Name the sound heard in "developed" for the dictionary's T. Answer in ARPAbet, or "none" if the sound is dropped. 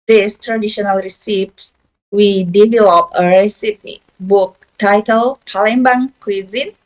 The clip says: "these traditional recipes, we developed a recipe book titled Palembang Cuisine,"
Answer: none